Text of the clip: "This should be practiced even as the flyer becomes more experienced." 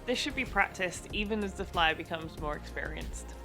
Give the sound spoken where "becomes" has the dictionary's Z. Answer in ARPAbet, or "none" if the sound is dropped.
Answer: Z